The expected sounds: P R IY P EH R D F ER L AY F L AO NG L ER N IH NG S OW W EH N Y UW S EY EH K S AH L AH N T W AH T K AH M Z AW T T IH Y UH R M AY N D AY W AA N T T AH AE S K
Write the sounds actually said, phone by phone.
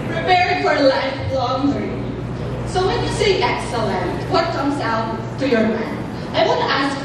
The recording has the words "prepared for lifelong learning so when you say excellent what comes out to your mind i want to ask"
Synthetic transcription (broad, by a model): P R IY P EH R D F ER L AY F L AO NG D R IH S OW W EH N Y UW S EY EH K S AH L AH N T W AH T K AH M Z AW T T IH Y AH R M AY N AY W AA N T T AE S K